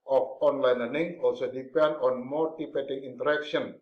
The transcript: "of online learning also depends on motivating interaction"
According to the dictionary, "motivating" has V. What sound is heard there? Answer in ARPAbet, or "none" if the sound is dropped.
P